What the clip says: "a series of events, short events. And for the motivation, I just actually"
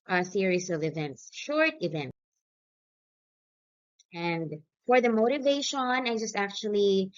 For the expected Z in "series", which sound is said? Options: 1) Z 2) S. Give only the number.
2